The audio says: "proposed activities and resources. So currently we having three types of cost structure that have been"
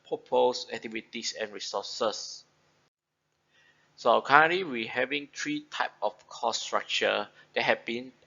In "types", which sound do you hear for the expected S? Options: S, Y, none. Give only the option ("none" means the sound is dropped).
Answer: none